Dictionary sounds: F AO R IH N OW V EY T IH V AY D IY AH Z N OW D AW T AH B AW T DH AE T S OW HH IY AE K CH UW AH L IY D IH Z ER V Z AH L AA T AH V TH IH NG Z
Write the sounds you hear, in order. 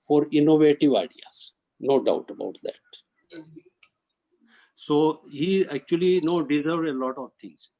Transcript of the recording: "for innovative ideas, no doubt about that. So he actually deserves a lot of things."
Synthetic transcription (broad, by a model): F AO R IH N OW V EY T IH V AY D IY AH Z N OW D AW T AH B AW T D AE T S OW HH IY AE K CH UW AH N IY D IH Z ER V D AH L AA T AH V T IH NG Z